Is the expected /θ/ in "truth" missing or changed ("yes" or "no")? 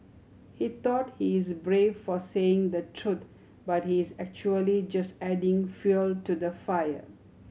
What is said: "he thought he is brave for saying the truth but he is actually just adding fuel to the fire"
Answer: yes